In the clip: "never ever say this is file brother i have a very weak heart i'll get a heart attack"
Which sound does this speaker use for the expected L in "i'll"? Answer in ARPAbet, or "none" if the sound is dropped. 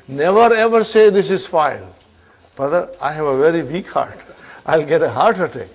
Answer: L